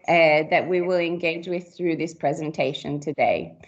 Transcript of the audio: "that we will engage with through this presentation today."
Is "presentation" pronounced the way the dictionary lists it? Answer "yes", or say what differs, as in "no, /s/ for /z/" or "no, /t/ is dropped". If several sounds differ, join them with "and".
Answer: yes